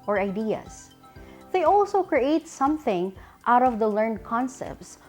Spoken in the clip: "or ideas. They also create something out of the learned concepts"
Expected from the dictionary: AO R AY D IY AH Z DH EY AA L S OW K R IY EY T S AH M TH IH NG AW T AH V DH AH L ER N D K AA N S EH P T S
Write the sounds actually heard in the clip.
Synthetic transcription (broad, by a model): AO R AY D IY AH S DH EY AA L S OW K R IY EY T S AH M TH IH NG AW T AH V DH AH L ER N D K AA N S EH P T S